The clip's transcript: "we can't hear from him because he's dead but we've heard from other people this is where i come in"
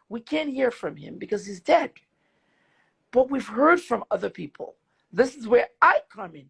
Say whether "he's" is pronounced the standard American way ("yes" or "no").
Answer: yes